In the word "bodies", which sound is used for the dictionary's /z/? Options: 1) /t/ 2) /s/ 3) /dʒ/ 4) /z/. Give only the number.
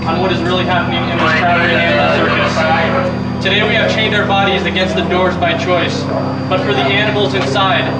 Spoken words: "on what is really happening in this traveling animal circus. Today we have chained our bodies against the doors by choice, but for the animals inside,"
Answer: 4